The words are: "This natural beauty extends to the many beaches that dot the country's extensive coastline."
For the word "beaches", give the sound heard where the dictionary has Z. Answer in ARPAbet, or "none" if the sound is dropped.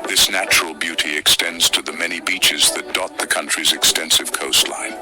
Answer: Z